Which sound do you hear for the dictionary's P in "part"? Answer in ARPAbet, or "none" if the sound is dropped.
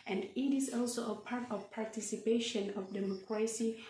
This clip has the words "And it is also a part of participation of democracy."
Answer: P